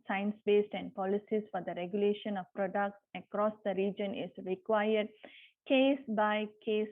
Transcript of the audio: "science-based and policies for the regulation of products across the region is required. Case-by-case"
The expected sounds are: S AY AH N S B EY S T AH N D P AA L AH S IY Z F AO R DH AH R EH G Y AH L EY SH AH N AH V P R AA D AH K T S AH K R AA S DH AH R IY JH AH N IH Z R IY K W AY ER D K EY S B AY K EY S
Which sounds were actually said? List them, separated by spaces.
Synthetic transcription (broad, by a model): S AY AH N S B EY S T AH N D P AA L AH S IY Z F AO R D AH R EH G Y AH L EY SH AH N AH V P R AA D AH K T S AH K R AA S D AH R IY JH AH N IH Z R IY K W AY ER D K EY S B AY K EY S